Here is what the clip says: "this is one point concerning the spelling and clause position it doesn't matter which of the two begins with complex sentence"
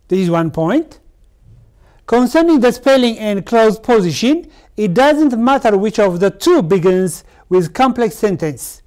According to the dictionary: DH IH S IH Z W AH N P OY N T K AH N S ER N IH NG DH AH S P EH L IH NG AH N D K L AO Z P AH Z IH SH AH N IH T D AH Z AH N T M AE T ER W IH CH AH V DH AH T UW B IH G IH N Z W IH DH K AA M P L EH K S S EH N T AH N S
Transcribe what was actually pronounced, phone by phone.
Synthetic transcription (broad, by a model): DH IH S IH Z W AH N P OY N T K AH N S ER N IH NG DH AH S P EH L IH NG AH N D K L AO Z P AH Z IH SH AH N IH T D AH Z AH N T M AE T ER W IH CH AH V DH AH T UW B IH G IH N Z W IH DH K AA M P L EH K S S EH N T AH N S